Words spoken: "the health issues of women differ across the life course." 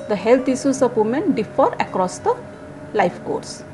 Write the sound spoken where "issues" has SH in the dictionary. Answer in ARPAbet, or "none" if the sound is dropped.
S